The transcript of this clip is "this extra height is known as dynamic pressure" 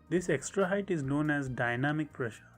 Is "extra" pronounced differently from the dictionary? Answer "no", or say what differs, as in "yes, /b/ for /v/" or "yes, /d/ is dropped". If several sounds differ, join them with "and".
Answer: no